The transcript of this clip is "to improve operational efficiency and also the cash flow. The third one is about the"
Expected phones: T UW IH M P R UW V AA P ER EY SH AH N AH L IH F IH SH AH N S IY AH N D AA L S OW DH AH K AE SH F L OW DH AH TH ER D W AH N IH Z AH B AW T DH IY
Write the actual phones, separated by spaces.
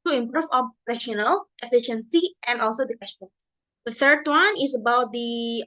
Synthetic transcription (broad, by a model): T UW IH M P R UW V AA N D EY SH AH N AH L IH F IH SH AH N S IY AH N D AA L S OW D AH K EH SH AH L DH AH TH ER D W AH N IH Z AH B AW T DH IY